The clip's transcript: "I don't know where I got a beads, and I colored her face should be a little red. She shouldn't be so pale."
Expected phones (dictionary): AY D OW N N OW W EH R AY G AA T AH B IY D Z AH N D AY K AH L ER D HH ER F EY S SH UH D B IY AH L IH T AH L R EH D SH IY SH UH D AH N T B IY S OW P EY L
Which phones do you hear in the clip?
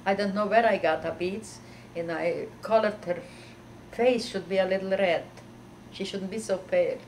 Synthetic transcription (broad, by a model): AY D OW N N OW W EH R AY G AA T AH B IY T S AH N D AY K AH L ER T HH ER F EY S SH UH D B IY AH L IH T L R EH D SH IY SH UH D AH N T B IY S OW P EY